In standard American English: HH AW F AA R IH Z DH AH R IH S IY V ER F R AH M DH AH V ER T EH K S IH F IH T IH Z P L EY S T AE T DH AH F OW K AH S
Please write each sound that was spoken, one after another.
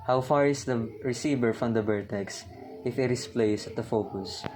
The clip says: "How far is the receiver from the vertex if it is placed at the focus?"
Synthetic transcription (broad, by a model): HH AW F AA R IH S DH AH R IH S IY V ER F R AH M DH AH B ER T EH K S IH F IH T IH S P L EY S AH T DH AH F OW K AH S